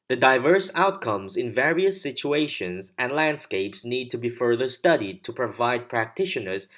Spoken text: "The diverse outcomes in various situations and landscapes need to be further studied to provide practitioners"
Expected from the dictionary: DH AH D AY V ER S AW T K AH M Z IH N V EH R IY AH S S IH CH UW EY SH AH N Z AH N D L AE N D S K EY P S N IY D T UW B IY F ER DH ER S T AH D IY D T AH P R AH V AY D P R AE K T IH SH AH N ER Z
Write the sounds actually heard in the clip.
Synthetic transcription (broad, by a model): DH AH D AY V ER S AW T K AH M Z IH N V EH R IY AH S S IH CH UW EY SH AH N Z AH N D L AE N D S K EY P S N IY D T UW B IY F ER DH ER S T AH D IY D T AH P R AH V AY D P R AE K T IH SH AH N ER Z